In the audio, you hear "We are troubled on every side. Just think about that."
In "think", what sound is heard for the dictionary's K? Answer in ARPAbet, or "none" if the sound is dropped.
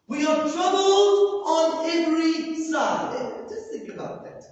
K